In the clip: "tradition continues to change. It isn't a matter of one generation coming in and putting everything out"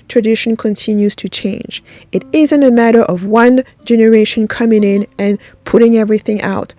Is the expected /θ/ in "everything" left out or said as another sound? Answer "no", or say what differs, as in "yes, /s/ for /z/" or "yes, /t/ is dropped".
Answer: no